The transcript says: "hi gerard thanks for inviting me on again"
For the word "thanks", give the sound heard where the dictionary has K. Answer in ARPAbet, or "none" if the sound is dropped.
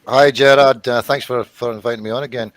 K